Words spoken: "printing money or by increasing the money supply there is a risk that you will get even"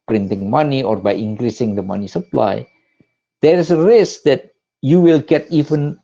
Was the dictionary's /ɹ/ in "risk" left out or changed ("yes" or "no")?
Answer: no